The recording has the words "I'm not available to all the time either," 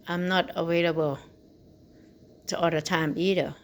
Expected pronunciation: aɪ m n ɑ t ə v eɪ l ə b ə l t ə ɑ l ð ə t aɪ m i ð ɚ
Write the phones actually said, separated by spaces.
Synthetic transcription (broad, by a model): aɪ m n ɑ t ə w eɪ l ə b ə l t ə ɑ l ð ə t aɪ m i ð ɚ